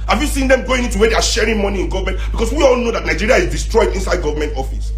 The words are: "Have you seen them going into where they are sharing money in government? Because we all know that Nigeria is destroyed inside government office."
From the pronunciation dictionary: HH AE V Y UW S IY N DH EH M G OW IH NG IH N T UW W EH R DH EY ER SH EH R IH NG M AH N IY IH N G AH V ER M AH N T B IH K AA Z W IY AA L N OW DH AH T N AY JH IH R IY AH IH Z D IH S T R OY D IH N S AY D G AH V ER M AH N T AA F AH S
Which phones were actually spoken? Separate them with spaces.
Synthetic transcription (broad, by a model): HH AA V Y UW S IY N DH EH M G OW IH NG IH N T UW W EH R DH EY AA SH EH R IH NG M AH N IY IH N G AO V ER M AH N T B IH K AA S W IY AA L N OW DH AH T N AY JH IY R IY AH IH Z D IH S T R OY D IH N S AY D G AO V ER M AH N T AA F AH S